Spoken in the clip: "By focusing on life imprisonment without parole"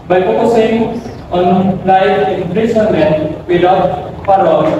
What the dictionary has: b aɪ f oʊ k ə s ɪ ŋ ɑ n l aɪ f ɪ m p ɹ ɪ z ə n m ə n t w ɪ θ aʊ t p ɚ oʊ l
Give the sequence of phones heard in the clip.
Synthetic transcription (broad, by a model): b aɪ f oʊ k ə s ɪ ŋ ɑ n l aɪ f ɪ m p ɹ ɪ s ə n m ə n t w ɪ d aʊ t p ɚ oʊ